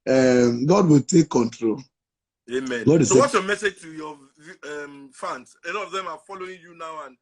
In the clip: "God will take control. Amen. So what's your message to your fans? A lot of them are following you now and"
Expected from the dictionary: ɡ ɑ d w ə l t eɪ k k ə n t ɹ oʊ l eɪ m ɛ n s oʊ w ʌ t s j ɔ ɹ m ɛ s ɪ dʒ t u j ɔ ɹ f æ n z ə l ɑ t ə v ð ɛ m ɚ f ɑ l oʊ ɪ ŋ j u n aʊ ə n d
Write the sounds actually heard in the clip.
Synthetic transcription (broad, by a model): ɡ ɑ d w ə l t eɪ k k ə n t ɹ oʊ l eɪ m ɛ n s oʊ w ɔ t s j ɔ m ɛ s ɪ dʒ t u j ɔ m f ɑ n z ə n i ə v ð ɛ m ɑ f ɑ l oʊ ɪ ŋ j u n aʊ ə n